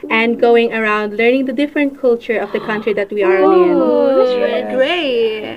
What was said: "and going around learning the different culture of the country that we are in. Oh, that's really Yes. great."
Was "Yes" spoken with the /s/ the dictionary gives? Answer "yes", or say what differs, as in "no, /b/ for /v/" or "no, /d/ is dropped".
no, /s/ is dropped